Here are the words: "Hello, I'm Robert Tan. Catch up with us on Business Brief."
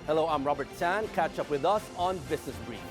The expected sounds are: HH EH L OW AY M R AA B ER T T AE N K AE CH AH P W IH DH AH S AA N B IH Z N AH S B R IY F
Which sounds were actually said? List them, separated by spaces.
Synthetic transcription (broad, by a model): HH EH L OW AY M R AA B ER T S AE N K AE CH AH P W IH DH AH S AA N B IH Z N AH S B R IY